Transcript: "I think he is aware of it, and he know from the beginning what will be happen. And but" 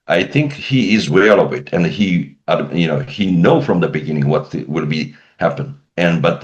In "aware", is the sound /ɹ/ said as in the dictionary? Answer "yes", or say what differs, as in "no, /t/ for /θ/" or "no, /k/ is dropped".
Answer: no, /l/ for /ɹ/